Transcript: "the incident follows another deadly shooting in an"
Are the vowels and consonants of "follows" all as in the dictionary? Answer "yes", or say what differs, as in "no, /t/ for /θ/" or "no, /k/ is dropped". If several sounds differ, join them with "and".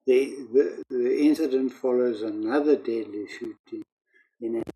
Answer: yes